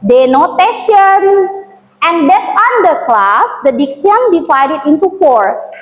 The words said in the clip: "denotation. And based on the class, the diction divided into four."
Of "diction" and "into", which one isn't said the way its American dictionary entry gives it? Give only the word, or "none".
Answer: diction